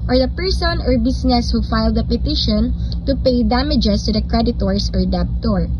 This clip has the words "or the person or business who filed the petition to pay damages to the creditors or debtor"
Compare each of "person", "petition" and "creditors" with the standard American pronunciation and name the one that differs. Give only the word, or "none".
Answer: creditors